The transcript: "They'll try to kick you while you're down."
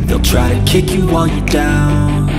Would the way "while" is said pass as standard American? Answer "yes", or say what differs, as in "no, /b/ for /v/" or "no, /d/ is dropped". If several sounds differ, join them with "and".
no, /n/ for /l/